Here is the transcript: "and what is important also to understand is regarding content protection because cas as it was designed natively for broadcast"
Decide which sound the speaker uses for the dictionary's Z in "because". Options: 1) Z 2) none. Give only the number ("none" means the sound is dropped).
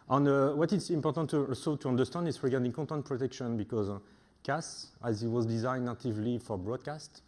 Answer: 1